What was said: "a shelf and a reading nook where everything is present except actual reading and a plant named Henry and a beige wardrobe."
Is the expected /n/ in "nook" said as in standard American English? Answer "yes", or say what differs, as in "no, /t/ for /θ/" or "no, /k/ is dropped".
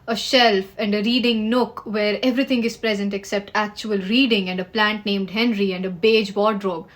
yes